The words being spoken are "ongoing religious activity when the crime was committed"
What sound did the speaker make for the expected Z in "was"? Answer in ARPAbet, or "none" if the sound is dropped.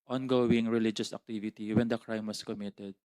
S